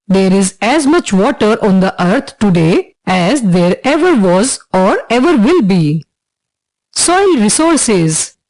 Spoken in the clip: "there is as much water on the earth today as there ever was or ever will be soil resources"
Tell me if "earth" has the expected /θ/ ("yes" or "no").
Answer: no